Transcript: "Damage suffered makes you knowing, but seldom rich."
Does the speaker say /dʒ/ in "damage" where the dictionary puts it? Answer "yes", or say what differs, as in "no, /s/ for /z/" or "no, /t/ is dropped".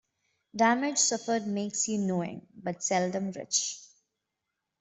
yes